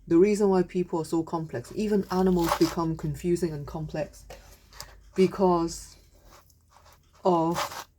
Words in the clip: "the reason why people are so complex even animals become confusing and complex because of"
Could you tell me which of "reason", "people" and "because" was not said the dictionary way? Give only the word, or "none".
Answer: none